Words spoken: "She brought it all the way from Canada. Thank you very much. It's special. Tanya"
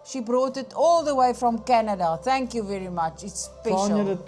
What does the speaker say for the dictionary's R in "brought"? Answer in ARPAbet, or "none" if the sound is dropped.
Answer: R